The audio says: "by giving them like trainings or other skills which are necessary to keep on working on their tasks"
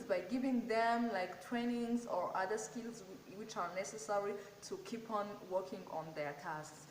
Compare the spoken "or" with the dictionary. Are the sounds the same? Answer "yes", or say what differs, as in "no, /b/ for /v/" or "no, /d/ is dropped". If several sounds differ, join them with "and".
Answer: yes